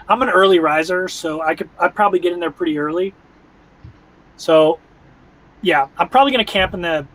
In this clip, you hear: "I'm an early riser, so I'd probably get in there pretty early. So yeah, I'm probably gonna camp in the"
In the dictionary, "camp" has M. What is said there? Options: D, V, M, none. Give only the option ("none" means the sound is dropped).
M